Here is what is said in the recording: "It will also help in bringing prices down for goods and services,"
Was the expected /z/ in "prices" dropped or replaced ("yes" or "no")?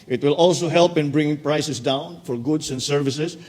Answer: yes